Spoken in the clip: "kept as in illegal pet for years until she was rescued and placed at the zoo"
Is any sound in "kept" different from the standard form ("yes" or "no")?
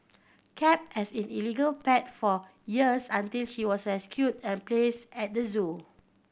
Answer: yes